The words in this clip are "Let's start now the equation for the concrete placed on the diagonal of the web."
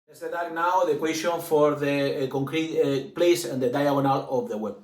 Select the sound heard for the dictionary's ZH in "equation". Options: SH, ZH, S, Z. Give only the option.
S